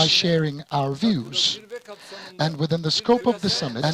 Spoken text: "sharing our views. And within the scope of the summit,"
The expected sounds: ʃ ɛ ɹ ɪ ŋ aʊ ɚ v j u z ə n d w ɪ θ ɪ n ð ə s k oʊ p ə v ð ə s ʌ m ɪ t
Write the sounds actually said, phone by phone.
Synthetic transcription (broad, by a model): ʃ ɛ ɹ ɪ ŋ aʊ ɚ v j u z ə n w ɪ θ ɪ n ð ə s k oʊ p ə v ð ə s ʌ m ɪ